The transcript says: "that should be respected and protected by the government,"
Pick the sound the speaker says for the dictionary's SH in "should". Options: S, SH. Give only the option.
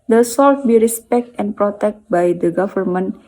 S